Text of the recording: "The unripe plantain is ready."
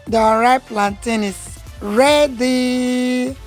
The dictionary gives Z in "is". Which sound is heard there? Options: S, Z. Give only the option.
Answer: S